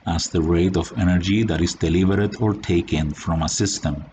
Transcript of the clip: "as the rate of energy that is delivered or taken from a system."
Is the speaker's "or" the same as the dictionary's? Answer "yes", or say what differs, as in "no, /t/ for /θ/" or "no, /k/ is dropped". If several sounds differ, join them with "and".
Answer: yes